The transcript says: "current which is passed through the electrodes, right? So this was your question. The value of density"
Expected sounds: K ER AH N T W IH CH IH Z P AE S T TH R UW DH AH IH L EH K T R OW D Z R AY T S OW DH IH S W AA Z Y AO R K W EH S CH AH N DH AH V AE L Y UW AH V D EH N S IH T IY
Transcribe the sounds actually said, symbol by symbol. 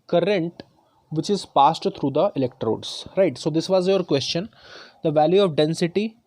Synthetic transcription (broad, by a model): K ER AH N T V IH CH IH Z P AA S T T R UW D AH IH L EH K T R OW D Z R AY T S OW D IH S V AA Z Y AO R K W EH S CH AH N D AH V AE L Y UW AH V D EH N S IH T IY